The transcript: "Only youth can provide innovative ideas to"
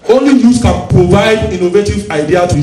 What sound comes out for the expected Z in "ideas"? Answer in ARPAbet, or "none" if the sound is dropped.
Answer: none